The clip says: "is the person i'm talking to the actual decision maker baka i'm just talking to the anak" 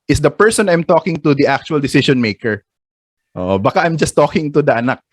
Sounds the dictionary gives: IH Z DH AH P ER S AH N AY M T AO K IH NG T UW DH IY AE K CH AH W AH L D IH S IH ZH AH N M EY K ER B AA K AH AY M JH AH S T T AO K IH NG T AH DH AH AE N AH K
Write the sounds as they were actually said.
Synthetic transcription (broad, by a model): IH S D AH P ER S AH N AY M T AO K IH NG T UW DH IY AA K CH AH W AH L D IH S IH SH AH N M EY K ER B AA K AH AY M JH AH S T T AO K IH NG T AH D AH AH N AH K